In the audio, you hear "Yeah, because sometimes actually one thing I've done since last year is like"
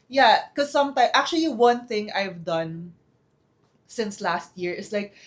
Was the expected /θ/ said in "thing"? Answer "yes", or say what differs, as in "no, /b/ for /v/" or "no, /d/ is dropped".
yes